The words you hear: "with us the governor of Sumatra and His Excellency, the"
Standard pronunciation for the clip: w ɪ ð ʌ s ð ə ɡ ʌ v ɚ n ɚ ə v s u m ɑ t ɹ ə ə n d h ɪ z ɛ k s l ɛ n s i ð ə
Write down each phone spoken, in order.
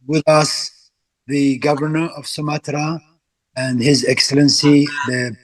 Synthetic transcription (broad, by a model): w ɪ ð ʌ s ð ə ɡ ʌ v ɚ n ɚ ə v s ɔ m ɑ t ɹ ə ə n d h ɪ z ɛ k s l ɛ n s i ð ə